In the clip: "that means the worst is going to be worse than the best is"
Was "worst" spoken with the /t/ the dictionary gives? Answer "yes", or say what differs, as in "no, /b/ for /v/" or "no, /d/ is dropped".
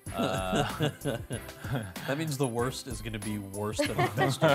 yes